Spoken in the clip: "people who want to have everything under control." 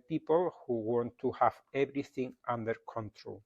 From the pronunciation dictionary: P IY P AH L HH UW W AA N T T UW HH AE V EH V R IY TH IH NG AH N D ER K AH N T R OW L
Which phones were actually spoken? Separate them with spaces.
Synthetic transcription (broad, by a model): P IY P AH L HH UW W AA N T T UW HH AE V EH B R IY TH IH NG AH N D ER K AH N T R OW L